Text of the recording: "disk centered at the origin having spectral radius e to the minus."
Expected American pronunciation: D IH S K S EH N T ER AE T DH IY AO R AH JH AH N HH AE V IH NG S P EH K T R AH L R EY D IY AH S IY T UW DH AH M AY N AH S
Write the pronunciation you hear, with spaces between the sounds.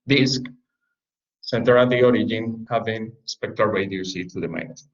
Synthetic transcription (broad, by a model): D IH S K S EH N T ER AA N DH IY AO R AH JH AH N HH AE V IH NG S P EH K T AH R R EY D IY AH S IY T UW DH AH M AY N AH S